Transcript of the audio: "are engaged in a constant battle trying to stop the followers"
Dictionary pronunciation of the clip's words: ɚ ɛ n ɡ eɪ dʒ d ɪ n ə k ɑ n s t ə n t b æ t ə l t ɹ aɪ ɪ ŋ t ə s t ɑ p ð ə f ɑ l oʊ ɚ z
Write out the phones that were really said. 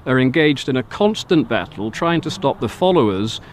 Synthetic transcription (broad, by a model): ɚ ɛ n ɡ eɪ dʒ d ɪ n ə k ɑ n s t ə n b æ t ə l t ɹ aɪ ɪ ŋ t ə s t ɑ p ð ə f ɑ l oʊ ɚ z